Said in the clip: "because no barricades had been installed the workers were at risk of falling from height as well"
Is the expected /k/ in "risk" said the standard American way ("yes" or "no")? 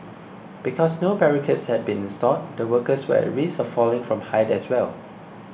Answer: no